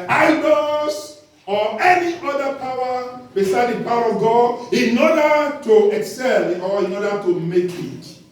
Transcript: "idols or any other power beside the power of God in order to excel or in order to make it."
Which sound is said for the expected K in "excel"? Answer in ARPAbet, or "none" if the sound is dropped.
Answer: K